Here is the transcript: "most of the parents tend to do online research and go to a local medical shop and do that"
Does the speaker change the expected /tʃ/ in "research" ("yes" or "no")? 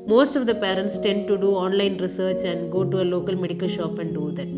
no